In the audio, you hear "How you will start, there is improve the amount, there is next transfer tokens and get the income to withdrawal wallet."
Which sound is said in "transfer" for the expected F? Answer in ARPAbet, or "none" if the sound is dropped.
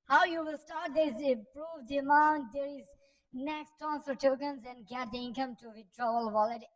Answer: none